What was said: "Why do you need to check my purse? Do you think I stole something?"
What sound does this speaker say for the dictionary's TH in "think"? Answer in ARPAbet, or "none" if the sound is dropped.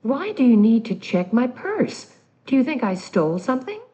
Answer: TH